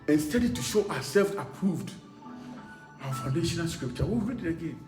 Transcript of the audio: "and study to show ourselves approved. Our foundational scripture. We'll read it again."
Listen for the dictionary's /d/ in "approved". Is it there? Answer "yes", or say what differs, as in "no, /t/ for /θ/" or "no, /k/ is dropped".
yes